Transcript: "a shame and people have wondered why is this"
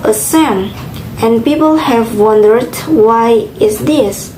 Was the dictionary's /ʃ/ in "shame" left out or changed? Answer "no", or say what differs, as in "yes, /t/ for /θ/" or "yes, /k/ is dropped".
yes, /s/ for /ʃ/